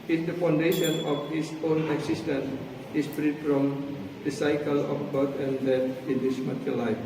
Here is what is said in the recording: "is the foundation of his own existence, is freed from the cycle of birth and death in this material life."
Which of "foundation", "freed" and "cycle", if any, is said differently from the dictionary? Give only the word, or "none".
none